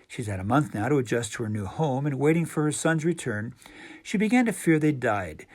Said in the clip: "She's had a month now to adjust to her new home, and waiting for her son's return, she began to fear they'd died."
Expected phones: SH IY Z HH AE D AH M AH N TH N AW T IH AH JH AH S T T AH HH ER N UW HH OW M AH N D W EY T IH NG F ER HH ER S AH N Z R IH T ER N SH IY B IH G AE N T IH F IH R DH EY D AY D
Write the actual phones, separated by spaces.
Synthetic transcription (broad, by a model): SH IY Z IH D AH M AH N TH N AW T IH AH JH AH S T T AH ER N UW HH OW M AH N W EY T IH NG F ER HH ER S AH N Z R IH T ER N SH IY B IH G AE N T IH F IH R DH EY D AY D